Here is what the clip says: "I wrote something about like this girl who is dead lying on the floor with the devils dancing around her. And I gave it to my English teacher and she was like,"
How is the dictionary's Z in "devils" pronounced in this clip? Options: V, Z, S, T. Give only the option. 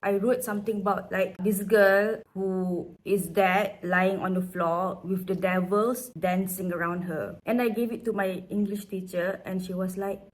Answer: S